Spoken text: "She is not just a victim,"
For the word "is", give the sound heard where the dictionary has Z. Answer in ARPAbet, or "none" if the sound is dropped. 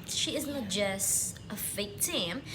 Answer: Z